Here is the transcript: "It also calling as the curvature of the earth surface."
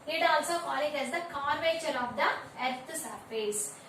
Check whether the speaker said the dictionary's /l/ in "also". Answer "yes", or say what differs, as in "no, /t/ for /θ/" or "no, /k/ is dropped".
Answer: yes